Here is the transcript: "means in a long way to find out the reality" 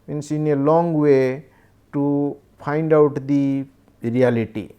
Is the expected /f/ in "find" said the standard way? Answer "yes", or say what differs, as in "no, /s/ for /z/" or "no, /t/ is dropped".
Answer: no, /p/ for /f/